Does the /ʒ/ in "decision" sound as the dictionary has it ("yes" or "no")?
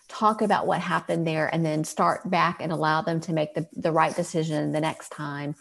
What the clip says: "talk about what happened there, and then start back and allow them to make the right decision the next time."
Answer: yes